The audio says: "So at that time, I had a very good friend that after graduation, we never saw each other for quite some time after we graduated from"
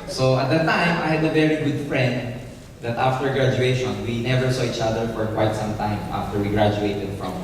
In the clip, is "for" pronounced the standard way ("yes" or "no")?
yes